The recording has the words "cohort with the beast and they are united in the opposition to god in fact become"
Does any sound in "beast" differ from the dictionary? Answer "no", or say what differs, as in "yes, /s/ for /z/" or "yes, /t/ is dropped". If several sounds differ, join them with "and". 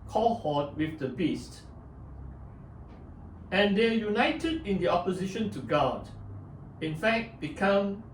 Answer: no